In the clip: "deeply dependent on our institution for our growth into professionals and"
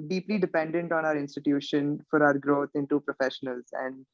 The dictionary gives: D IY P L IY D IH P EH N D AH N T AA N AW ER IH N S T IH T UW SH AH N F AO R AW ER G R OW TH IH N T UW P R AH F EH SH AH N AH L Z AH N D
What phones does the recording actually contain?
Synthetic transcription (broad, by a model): D IY P L IY D IH P EH N D AH N T AA N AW ER IH N S T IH T UW SH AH N F AO R AW ER G R OW T IH N T UW P R AH F EH SH AH N AH L Z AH N D